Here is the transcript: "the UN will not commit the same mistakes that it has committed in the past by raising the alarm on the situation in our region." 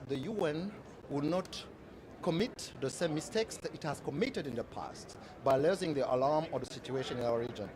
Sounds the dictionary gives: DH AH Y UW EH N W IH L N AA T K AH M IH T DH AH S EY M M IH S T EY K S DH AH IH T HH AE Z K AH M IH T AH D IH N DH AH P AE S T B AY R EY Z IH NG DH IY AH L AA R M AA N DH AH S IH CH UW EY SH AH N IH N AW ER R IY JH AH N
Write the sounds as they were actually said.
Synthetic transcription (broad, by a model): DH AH Y UW EH N W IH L N AA T K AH M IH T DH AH S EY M M IH S T EY K S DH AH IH T HH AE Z K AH M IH T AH D IH N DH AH P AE S T B AY L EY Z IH NG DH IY AH L AA R M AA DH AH S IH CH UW EY SH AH N IH N AW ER R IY JH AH N